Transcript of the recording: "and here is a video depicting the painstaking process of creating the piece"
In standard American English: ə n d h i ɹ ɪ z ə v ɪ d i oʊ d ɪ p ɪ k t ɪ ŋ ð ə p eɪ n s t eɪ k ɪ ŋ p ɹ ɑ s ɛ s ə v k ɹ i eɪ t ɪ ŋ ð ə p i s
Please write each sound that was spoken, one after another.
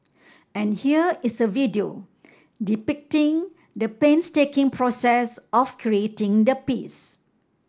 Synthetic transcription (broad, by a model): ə n h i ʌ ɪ s ə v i d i oʊ d ɪ p ɪ k t ɪ ŋ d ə p eɪ n s t eɪ k ɪ ŋ p ɹ ɑ s ɛ s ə f k ɹ i eɪ t ɪ ŋ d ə p i s